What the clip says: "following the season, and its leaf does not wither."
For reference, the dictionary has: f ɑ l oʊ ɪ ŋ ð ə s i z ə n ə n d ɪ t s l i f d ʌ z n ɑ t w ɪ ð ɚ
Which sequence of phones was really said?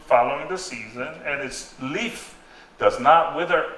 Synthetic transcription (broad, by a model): f ɑ l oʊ ɪ ŋ ð ə s i z ə n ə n ɪ t s l i f d ʌ z n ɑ t w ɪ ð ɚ